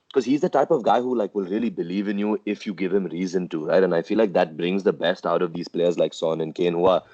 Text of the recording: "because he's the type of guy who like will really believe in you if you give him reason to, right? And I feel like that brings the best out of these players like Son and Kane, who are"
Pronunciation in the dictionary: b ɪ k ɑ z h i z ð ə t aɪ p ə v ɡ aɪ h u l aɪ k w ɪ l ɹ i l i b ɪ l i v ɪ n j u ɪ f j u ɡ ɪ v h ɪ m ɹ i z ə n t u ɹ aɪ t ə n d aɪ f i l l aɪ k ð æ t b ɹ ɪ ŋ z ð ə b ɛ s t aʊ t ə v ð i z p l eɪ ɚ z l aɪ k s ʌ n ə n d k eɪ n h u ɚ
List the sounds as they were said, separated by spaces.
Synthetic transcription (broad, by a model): k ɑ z h i z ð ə t aɪ p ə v ɡ aɪ h u l aɪ k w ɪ l ɹ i l i b ɪ l i v ɪ n j u ɪ f j u ɡ ɪ v h ɪ m ɹ i z ə n t u ɹ aɪ t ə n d aɪ f i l l aɪ k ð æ t b ɹ ɪ ŋ z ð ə b ɛ s t aʊ t ə v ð i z p l eɪ ɚ z l aɪ k s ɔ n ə n k eɪ n h u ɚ